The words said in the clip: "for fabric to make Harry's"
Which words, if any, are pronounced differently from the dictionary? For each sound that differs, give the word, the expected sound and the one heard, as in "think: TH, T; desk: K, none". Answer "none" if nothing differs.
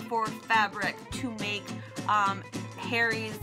none